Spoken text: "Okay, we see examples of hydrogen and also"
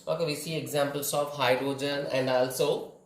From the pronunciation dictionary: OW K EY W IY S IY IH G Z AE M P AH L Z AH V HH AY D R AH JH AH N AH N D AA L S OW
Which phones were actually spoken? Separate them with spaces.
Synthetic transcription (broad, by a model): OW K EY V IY S IY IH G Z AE M P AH L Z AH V HH AY D R AH JH AH N AH N D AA L S OW